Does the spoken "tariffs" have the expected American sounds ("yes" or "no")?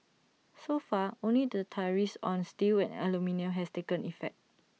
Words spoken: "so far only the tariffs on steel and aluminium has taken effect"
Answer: no